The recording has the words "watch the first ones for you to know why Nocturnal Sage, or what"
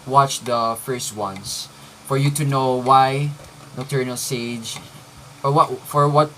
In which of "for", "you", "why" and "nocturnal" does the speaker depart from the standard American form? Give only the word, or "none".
nocturnal